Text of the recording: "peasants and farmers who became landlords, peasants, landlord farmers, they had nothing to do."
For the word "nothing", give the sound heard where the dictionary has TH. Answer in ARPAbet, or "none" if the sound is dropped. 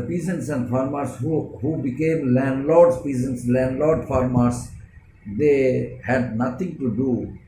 T